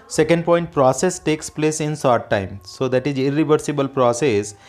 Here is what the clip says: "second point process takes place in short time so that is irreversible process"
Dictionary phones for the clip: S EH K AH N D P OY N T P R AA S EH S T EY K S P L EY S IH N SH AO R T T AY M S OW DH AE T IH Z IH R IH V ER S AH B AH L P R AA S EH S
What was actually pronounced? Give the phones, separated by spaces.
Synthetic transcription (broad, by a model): S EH K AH N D P OY N T P R AA S EH S T EY K S P L EY S IH N S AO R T T AY M S OW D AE T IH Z IH R IH V ER S AH B AH L P R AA S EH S